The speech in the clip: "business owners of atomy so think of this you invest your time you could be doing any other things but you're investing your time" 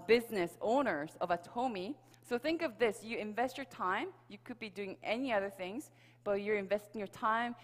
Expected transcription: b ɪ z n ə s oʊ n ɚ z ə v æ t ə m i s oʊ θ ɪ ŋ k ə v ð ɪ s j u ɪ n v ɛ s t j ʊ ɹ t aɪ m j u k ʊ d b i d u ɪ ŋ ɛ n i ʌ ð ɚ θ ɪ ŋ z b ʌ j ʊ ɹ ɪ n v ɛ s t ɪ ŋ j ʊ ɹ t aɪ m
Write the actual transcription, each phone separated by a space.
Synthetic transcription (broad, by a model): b ɪ z n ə s oʊ n ɚ z ə v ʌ t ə m i s oʊ θ ɪ ŋ k ə v ð ɪ s j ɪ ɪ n v ɛ s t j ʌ ɹ t aɪ m j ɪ k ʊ d b i d u ɪ ŋ ɛ n i ʌ ð ɚ θ ɪ ŋ z b ʌ j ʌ ɹ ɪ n v ɛ s t ɪ ŋ j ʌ ɹ t aɪ m